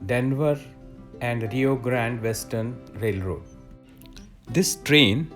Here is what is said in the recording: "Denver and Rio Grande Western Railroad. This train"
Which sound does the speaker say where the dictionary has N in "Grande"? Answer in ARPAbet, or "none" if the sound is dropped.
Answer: N